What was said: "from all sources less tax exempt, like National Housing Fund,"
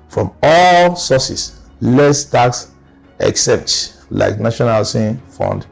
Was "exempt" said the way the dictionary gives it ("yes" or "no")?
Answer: no